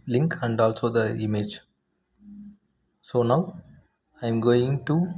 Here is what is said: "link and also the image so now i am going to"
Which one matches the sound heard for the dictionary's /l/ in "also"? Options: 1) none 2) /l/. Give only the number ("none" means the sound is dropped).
2